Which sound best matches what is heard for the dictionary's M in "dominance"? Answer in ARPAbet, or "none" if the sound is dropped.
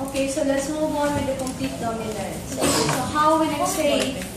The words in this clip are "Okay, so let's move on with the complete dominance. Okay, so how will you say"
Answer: none